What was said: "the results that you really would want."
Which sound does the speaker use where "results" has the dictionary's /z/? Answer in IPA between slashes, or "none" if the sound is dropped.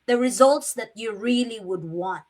/z/